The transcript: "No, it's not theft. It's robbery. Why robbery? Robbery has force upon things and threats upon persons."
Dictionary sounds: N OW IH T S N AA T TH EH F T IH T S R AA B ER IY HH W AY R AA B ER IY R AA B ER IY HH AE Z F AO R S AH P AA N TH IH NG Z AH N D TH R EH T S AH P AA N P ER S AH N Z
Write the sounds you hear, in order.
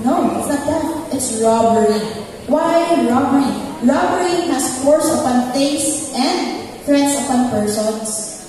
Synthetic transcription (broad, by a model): N OW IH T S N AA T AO T IH T S R AA B ER IY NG W AY R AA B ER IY R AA B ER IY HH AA S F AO R S AH P AA N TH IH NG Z AH N D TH R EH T S AH P AA N P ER S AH N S